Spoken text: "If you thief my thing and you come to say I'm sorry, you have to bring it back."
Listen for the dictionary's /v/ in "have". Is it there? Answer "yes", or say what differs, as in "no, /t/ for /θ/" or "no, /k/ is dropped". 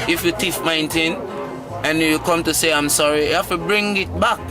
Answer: no, /f/ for /v/